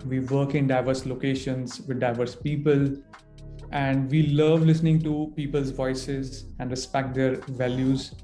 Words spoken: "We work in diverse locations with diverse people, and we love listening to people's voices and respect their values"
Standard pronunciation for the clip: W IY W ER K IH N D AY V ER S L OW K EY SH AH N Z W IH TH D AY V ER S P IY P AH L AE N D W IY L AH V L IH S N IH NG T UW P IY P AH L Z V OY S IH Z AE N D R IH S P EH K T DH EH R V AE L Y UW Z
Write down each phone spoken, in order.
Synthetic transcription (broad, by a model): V IY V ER K IH N D AY V ER S L OW K EY SH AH N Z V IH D D AY V ER S P IY P AH L AE N D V IY L AH V L IH S N IH NG T UW P IY P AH L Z V OY S IH Z AE N D R IH S P EH K T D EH R V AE L Y UW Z